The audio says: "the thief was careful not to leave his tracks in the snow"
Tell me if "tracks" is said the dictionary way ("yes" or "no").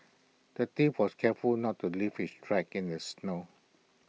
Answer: no